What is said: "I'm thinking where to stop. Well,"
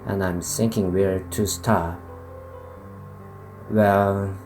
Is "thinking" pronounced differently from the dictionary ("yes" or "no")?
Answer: yes